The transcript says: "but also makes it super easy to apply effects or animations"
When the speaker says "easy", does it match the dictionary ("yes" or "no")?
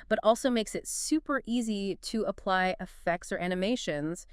yes